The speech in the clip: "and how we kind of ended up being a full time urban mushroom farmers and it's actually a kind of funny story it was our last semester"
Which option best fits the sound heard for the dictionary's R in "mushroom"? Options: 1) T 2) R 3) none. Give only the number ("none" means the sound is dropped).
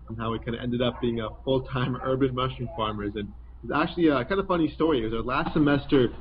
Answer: 3